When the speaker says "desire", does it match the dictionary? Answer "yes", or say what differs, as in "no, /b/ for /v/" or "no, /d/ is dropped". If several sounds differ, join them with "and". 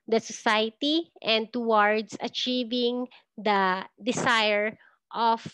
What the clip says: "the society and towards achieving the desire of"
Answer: no, /s/ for /z/